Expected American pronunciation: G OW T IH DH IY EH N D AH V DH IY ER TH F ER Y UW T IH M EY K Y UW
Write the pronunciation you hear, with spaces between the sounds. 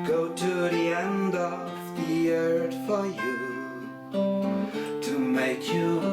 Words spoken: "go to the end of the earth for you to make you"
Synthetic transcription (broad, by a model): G OW T IH DH IY EH N D AH V DH IY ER T F ER Y UW T IH M EY K Y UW